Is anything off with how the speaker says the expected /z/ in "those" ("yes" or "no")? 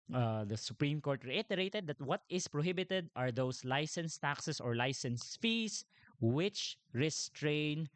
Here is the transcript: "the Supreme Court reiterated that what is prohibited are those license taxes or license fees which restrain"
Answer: yes